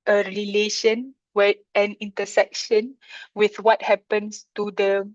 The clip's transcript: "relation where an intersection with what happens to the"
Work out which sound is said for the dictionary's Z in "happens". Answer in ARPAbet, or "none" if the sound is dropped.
S